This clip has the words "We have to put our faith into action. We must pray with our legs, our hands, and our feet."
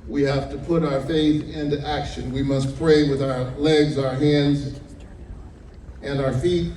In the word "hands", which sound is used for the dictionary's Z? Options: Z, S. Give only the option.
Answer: Z